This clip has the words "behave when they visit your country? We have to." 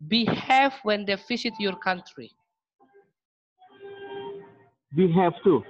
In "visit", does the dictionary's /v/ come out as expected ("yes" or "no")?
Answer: no